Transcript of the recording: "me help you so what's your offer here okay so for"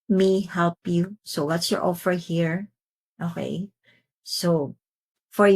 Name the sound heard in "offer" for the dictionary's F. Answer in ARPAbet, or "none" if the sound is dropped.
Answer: F